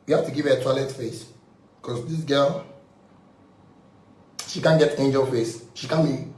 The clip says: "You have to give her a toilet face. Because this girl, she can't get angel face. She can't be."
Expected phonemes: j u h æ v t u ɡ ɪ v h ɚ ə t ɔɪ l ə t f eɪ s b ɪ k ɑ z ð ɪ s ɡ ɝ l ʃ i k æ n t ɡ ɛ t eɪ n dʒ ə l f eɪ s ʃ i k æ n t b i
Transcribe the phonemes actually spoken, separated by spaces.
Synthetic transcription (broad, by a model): j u h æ f t u ɡ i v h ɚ ə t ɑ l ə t f eɪ s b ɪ k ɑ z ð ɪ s ɡ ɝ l ʃ i k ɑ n ɡ ɛ t eɪ n dʒ ə l f eɪ s ʃ i k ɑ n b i